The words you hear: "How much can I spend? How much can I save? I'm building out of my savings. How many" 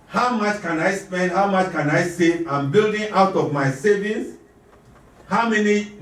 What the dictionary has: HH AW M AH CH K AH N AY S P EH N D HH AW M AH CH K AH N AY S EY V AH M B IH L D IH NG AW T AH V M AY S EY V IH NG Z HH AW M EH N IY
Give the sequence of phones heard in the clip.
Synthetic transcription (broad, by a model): HH AW M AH CH K AH N AY S P EH N D HH AW M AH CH K AH N AY S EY AH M B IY L D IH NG AW T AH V M AY S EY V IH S HH AW M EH N IY